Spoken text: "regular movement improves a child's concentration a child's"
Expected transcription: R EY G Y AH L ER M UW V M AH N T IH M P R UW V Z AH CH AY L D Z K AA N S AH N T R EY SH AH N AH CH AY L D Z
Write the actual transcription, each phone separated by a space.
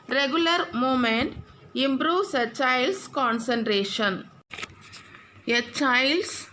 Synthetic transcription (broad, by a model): R EY G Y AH L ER M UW M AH N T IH M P R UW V S AH CH AY L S K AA N S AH N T R EY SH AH N AH CH AY L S